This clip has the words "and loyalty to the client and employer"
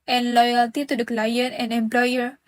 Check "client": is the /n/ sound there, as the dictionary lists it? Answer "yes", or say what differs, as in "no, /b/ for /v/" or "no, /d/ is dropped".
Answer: no, /n/ is dropped